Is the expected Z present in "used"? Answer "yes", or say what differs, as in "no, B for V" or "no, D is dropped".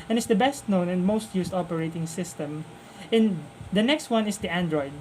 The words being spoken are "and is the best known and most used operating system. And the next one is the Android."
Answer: no, S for Z